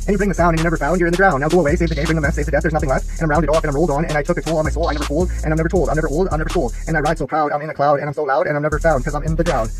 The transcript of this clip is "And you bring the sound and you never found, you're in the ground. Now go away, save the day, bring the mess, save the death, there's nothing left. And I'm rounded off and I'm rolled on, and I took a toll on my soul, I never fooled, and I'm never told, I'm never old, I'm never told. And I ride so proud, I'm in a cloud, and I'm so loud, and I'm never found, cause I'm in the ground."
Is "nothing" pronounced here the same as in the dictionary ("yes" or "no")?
yes